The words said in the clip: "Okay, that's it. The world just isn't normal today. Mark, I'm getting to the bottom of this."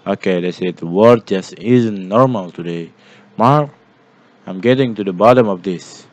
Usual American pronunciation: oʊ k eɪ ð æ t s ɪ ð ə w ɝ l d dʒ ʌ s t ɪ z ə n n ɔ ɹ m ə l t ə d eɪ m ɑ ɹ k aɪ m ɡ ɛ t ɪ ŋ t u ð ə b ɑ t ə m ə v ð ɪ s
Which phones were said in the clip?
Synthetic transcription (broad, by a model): oʊ k eɪ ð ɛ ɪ s ɪ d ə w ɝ d dʒ ʌ s t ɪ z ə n n ɔ ɹ m ə l t ə d eɪ m ɑ ɹ k aɪ m ɡ ɛ t ɪ ŋ t u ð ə b ɑ t ə m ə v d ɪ s